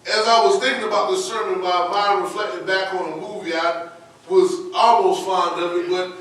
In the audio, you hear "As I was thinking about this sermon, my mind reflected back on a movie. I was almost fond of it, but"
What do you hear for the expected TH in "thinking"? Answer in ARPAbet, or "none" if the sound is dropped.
TH